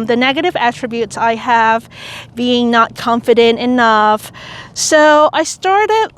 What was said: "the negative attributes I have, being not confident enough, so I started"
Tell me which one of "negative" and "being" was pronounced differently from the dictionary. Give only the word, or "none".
none